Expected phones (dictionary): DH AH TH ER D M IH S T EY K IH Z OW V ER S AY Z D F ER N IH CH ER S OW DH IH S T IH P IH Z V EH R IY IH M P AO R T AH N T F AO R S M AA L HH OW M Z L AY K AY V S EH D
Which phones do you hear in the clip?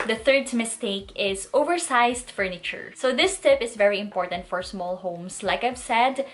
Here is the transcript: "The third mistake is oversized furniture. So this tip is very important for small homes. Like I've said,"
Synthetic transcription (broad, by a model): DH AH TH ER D M IH S T EY K IH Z OW V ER S AY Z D F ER N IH CH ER S OW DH IH S T IH P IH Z V EH R IY IH M P AO R T AH N T F AO R S M AA L HH OW M S L AY K AY V S EH D